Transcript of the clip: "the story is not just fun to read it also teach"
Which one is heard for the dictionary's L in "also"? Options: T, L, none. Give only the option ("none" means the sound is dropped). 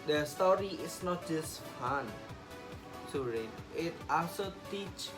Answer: none